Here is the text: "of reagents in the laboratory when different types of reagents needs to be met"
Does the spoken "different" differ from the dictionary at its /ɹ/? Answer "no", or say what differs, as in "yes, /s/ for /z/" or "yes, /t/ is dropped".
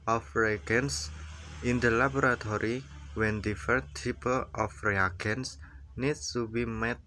yes, /ɹ/ is dropped